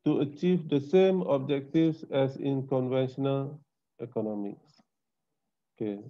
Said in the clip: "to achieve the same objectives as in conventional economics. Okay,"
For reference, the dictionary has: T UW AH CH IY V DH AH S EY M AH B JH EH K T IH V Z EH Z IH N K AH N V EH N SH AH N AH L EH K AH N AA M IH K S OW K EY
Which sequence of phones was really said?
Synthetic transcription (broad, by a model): T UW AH CH IY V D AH S EY M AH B JH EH K T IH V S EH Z IH N K AH N V EH N SH AH N AH L EH K AH N AA M IH K S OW K EY